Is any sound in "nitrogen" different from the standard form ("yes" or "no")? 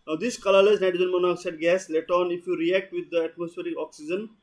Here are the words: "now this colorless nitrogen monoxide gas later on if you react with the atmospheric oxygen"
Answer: yes